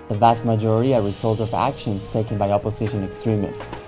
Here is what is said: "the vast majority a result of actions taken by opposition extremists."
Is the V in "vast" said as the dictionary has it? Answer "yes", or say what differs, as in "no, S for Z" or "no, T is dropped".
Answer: yes